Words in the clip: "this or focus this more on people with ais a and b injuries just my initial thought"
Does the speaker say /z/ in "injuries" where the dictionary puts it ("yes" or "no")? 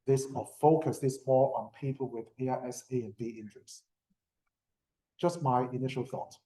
no